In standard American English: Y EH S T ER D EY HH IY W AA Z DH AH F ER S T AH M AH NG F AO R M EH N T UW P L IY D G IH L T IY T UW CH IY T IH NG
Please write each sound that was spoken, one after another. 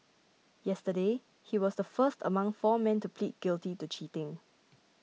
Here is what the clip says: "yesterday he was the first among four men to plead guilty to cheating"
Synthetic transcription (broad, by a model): Y EH S T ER D EY HH IY W AA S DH AH F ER S T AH M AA NG F AO M EH N T UW P L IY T G IH L T IY T UW CH IY T IH NG